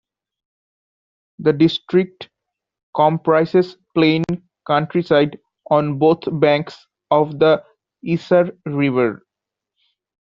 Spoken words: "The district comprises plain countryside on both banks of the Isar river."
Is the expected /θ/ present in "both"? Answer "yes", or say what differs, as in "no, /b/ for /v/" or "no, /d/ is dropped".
no, /t/ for /θ/